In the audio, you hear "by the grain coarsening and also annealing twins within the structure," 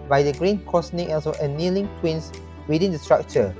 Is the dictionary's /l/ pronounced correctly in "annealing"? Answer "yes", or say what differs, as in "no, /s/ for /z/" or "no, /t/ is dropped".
yes